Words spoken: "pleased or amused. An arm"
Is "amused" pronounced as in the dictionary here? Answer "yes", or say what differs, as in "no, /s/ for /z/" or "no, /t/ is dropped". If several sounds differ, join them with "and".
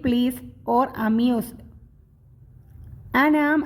no, /s/ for /z/